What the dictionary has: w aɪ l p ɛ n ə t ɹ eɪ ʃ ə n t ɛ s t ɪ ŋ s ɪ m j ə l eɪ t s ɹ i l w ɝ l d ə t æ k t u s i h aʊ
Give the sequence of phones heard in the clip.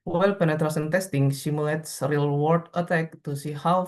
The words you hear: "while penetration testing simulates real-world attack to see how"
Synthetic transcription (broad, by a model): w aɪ l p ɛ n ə t ɹ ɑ s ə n t ɛ s t ɪ ŋ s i m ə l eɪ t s ɹ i l w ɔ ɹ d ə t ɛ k t u s i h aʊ